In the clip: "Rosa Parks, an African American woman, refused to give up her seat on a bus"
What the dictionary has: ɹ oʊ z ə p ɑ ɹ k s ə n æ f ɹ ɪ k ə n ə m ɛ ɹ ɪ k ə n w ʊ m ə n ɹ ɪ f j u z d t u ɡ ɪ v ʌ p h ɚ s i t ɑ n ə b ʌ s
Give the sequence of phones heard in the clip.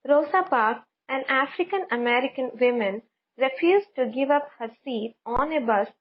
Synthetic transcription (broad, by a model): ɹ oʊ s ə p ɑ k ə n æ f ɹ ɪ k ə n ə m ɛ ɹ ɪ k ə n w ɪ m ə n ɹ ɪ f j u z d t u ɡ ɪ v ʌ p h ɚ s i t ɑ n ə b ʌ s